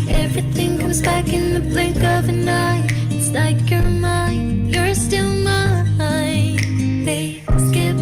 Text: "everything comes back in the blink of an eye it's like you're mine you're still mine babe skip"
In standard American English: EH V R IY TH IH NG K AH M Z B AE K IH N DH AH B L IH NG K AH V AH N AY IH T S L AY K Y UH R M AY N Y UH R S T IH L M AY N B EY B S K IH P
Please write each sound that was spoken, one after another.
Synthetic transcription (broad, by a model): EH V R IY TH IH NG K AH M Z B AE K IH N DH AH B L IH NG K AH V AH N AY IH T S L AY K Y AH R M AY N Y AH R S T IH L M AY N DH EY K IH